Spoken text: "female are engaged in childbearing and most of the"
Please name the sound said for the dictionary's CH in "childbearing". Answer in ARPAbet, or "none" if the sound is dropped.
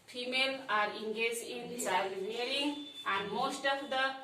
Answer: S